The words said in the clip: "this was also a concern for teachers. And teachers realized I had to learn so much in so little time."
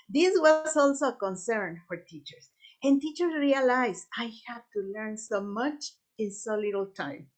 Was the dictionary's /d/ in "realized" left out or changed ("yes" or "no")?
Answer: yes